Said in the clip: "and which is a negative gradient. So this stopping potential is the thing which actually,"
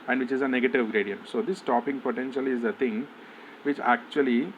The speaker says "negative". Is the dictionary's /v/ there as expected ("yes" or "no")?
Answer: yes